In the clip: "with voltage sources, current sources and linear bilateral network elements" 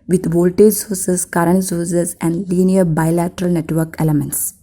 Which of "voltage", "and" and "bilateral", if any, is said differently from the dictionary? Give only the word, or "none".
none